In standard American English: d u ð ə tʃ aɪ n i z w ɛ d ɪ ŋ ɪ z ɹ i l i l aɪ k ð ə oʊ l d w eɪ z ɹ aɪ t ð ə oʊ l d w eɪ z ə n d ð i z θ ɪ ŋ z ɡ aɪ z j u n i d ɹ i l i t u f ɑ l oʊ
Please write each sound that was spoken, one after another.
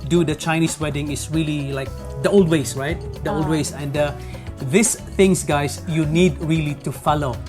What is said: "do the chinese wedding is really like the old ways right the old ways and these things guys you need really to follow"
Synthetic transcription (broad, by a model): d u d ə tʃ aɪ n i s w ɛ d ɪ ŋ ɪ s ɹ i l i l aɪ k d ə oʊ l d w eɪ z ɹ aɪ t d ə oʊ l d w eɪ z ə n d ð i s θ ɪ ŋ s ɡ aɪ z j u n i d ɹ i l i t u f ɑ l oʊ